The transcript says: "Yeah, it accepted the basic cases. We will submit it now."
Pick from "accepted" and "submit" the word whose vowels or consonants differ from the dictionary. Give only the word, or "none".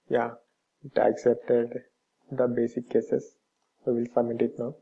submit